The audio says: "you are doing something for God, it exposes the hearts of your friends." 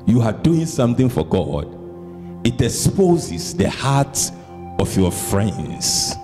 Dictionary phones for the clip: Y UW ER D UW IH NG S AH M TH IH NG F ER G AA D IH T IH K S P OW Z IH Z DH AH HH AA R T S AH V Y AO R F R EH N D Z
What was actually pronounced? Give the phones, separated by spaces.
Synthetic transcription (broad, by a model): Y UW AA D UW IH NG S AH M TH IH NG F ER G AA D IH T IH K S P OW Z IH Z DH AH HH AA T AH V Y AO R F R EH N D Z